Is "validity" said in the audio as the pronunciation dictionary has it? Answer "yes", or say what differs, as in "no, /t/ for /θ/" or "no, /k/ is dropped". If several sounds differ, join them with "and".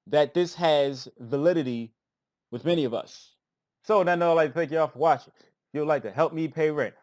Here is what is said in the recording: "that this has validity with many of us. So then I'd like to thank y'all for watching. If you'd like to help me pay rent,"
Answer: yes